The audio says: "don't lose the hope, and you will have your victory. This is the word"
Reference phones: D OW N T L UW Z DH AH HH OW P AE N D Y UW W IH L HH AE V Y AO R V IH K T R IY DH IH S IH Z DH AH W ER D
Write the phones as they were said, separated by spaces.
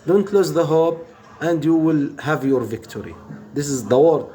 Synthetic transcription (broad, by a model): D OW N T L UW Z DH AH HH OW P AE N D Y UW W IH L HH AE V Y AO R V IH K T R IY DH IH S IH Z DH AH W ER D